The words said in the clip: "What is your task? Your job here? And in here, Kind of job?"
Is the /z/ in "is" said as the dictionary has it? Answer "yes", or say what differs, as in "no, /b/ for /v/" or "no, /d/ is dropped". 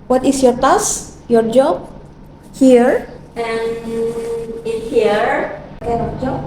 no, /s/ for /z/